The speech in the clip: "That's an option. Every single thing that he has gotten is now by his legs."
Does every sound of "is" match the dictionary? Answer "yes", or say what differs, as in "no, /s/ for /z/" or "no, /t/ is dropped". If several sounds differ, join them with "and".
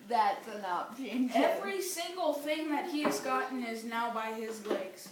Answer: yes